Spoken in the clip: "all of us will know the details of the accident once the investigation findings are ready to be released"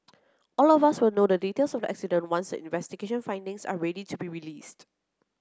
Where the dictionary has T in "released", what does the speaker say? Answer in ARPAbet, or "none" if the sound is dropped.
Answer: T